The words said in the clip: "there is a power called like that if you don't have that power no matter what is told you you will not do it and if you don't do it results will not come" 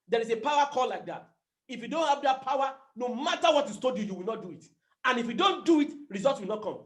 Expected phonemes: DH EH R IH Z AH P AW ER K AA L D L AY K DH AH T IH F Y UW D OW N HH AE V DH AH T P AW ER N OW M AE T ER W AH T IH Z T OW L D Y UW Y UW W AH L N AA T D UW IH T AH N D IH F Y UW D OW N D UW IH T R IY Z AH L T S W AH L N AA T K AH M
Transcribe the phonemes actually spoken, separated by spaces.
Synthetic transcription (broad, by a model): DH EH R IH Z AH P AW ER K AA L L AY K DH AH T IH F Y UW D OW N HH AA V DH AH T P AW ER N OW M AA T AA W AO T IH S T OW D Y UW Y UW W AH L N AA T D UW IH T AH N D IH F Y UW D OW N D UW IH T R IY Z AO L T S W AH L N AA T K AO M